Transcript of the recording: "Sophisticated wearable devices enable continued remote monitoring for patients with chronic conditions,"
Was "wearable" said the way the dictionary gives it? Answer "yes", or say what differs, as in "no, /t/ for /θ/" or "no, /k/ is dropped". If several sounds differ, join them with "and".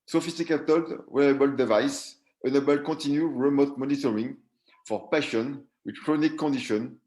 no, /ɹ/ is dropped